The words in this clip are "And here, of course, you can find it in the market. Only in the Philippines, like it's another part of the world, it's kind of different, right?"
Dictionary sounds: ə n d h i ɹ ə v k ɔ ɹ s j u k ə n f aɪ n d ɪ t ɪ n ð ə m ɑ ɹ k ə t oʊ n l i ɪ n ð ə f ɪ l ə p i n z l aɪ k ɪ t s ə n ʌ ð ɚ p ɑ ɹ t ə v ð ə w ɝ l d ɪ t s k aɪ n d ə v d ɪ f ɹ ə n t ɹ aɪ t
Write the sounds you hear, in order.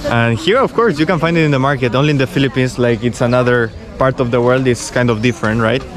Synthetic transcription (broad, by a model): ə n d h i ɹ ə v k ɔ ɹ s j u k ə n f aɪ n d ɪ t ɪ n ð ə m ɑ ɹ k ə t oʊ n l i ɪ n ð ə f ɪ l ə p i n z l aɪ k ɪ t s ə n ʌ ð ɚ p ɑ ɹ t ə v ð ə w ɝ l d ɪ t s k aɪ n d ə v d ɪ f ɹ ə n t ɹ aɪ t